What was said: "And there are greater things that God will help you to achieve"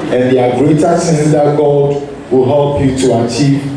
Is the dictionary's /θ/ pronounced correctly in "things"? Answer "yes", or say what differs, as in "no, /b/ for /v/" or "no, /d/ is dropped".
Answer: no, /s/ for /θ/